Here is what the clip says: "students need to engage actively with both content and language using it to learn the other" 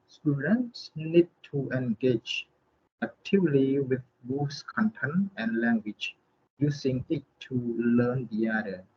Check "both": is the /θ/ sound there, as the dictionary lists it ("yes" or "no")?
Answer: no